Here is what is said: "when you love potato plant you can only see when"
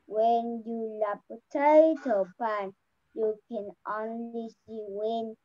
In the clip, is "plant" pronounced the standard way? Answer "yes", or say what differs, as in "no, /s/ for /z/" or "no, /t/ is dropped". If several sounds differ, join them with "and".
no, /l/ is dropped